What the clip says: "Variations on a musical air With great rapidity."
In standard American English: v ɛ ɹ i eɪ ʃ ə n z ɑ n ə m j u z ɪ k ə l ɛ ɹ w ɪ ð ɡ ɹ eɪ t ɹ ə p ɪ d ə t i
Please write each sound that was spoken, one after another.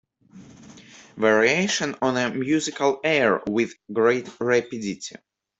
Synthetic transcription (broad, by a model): v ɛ ɹ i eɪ ʃ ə n ɑ n ə m j u z ɪ k ə l ɛ ɹ w ɪ ð ɡ ɹ eɪ t ɹ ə p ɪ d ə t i